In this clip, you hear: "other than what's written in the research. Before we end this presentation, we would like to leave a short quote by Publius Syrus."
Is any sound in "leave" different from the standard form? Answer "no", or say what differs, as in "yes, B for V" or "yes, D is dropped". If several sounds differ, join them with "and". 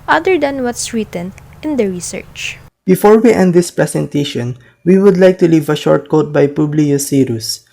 no